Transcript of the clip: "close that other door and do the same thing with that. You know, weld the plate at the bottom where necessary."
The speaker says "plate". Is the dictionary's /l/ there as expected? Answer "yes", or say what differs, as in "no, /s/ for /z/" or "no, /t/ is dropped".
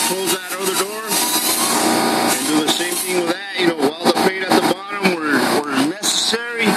no, /l/ is dropped